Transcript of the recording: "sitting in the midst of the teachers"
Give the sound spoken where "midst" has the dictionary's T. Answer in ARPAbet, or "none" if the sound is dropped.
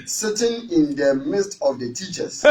T